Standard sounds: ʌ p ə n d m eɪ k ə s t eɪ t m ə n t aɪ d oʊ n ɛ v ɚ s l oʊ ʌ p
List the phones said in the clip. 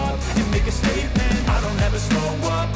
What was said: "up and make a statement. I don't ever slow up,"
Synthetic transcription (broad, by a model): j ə m eɪ k ə s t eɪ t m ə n aɪ d oʊ n ɛ v ɚ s oʊ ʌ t